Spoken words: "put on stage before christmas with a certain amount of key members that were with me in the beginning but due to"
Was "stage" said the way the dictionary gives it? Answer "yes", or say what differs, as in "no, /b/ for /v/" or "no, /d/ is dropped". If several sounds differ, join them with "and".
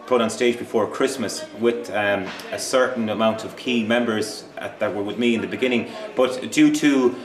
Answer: yes